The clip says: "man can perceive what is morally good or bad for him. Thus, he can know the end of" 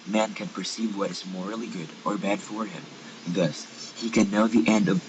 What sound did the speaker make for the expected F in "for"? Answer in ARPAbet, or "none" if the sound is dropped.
F